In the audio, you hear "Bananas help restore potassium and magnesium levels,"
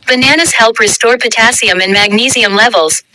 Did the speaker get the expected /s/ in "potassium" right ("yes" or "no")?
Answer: yes